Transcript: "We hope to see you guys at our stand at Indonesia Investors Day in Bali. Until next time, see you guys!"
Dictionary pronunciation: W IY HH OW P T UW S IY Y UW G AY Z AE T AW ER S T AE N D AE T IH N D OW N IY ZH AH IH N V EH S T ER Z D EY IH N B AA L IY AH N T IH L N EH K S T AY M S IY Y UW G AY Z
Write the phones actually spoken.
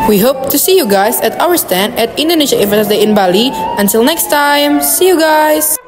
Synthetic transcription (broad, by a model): W IY HH OW P T UW S IY Y UW G AY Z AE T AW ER S T AE N D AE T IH N D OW N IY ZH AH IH V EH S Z D EY IH N B AA L IY AH N T IH L N EH K S T AY M S IY Y UW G AY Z